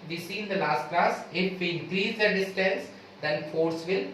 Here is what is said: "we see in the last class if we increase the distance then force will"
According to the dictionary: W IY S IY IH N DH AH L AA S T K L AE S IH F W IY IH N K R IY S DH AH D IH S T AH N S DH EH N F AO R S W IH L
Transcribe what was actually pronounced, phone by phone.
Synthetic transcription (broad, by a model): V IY S IY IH N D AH L AA S T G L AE S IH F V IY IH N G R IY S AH D IH S T AH N S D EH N F AO R S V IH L